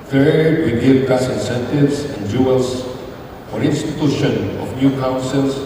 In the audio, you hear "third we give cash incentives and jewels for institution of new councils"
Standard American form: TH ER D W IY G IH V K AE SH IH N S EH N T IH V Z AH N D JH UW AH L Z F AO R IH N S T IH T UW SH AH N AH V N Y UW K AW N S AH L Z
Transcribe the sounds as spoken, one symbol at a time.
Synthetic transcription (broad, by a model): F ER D W IY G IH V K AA S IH N S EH N T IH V S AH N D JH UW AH L S F AO R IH N S T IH T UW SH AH N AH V N Y UW K AW N S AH L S